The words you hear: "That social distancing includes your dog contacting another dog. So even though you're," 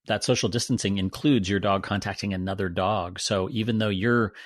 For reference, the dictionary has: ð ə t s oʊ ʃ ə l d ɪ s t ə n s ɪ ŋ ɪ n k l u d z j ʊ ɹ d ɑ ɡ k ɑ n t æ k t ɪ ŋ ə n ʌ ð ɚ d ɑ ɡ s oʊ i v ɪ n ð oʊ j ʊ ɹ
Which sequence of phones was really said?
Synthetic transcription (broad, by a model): ð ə t s oʊ ʃ l d ɪ s t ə n s ɪ ŋ ɪ n k l u d z j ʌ ɹ d ɑ ɡ k ɑ n t æ k t ɪ ŋ ə n ʌ ð ɚ d ɑ ɡ s oʊ i v ɪ n ð oʊ j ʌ ɹ